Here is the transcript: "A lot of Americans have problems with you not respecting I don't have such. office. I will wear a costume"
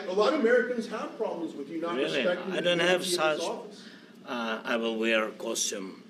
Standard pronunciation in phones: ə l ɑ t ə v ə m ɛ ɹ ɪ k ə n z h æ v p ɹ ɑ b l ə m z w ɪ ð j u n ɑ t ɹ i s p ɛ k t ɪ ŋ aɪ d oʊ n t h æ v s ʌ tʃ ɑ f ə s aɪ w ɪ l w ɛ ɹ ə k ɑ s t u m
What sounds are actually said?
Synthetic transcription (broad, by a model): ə l ɑ t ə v ə m ɛ ɹ ɪ k ə n z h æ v p ɹ ɑ b l ə m z w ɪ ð j u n ɑ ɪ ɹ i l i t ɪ aɪ d oʊ n t h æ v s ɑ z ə ɪ w ɪ l w ɛ ɹ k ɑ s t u m